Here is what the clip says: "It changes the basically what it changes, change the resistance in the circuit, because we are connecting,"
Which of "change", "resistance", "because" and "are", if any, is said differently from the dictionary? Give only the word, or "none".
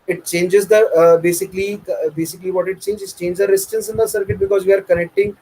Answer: resistance